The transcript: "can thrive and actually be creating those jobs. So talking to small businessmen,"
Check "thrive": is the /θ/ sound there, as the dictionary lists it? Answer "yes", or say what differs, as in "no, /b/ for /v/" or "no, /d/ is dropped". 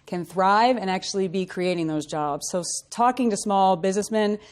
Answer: yes